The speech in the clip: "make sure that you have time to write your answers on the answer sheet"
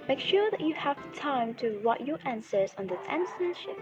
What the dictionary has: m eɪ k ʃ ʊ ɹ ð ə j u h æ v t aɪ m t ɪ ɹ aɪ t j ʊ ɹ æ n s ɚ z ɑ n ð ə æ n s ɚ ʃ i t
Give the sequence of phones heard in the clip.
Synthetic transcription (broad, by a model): m eɪ k ʃ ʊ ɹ ð ə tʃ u h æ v t aɪ m t ɪ w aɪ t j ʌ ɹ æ n s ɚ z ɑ n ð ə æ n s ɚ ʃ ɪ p